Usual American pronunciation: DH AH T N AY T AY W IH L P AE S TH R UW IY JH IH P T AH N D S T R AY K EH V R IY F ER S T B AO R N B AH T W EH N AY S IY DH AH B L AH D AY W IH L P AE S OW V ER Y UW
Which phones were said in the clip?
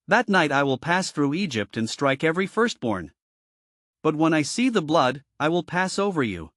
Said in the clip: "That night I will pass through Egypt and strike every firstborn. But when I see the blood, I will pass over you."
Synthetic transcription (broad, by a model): DH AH T N AY T AY W IH L P AE S TH R UW IY JH IH P T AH N S T R AY K EH V R IY F ER S T B AO R N B AH T W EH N AY S IY DH AH B L AH D AY W IH L P AE S OW V ER Y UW